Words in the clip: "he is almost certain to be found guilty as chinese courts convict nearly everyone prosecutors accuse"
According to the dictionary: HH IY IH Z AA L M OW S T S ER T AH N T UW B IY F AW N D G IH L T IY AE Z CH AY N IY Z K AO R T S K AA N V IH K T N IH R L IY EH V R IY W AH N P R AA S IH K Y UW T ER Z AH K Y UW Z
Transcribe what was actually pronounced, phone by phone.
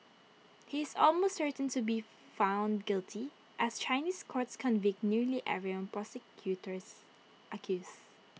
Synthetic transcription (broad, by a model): HH IY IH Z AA L M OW S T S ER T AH N T UW B IY F AW N D G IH L T IY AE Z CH AY N IY S K AO R T S K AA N V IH K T N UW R L IY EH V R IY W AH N P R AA S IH K Y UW T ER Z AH K Y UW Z